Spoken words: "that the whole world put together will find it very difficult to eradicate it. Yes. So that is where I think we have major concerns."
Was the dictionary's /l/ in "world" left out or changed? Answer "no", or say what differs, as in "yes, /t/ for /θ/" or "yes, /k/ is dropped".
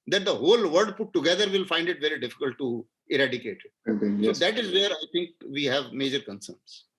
yes, /l/ is dropped